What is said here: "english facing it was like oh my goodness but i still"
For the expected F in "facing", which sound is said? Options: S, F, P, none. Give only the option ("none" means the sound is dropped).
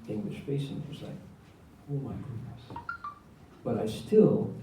P